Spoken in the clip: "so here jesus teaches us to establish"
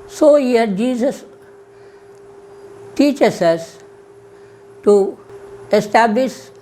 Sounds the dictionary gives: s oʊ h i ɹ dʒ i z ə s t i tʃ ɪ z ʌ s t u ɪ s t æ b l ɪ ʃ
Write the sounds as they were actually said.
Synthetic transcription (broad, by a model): s oʊ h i ɹ dʒ i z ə s t i tʃ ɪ s ʌ s t u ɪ s t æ b l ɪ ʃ